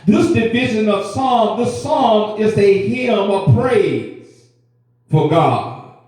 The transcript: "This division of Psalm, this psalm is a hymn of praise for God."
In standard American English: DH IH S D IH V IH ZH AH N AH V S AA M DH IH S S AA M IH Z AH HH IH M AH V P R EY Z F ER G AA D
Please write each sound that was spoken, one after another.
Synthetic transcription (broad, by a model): DH IH S D IH V IH ZH AH N AH V S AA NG DH IH S S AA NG IH Z AH HH IH M AH V P R EY Z F ER G AA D